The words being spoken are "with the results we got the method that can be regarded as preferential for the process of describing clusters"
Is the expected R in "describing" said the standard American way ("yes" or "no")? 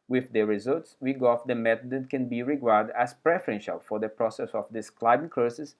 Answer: no